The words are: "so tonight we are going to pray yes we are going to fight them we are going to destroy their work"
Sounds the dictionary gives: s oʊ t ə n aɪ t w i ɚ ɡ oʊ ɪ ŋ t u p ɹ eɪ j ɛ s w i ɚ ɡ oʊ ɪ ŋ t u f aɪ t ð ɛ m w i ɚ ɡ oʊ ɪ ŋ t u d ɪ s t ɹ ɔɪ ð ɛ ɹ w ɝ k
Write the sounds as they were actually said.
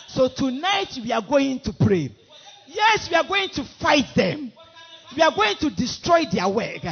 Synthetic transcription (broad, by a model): s oʊ t ə n aɪ t w i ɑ ɡ oʊ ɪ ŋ t u p ɹ eɪ j ɛ s w i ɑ ɡ oʊ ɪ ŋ t u f aɪ t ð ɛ m w i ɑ ɡ oʊ ɪ ŋ t u d ɪ s t ɹ ɔɪ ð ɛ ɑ w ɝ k